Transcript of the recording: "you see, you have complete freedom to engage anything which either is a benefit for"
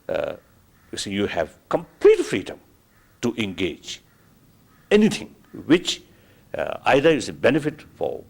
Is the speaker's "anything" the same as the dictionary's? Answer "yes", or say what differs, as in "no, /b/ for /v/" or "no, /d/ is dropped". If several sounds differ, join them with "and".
no, /t/ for /θ/